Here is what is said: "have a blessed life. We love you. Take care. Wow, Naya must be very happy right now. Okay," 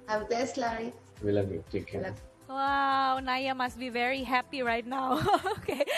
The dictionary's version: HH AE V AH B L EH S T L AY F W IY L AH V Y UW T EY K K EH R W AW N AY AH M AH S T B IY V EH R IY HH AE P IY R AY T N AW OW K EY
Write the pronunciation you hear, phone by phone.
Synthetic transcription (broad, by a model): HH AH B EH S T L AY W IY L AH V Y UW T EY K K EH W AW N AY AH M AH S T B IY V EH R IY HH AE P IY R AY T N AW OW K EY